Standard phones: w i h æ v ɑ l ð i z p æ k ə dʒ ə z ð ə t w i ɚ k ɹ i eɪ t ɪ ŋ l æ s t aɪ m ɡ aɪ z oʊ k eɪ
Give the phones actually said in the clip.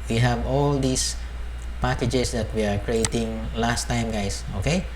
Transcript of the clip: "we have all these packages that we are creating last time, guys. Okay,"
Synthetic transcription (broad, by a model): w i h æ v ɑ l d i s p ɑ k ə dʒ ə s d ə t w i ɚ k ɹ i eɪ t ɪ ŋ l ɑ s t aɪ m ɡ aɪ s oʊ k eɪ